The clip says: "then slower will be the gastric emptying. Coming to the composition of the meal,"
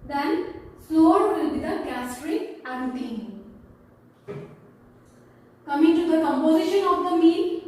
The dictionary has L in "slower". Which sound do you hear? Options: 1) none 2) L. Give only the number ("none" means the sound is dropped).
1